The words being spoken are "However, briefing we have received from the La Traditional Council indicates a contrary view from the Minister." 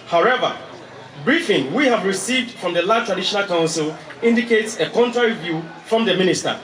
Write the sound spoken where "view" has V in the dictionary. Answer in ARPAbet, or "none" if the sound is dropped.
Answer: V